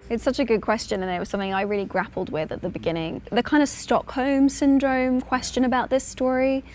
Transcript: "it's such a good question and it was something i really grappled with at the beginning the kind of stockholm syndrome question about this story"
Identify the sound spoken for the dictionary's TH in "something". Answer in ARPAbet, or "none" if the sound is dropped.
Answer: TH